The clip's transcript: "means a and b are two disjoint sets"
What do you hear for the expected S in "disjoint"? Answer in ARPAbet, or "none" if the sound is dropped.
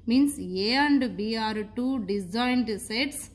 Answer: none